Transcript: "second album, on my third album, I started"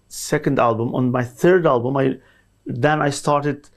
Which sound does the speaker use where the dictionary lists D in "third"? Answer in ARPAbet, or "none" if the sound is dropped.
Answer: D